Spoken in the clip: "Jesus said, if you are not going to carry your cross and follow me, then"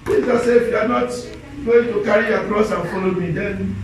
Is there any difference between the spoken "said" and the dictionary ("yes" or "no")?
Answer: yes